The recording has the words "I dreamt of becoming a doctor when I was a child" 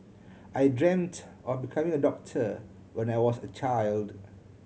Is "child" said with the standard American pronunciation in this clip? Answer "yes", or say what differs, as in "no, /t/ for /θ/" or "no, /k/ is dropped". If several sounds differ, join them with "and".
yes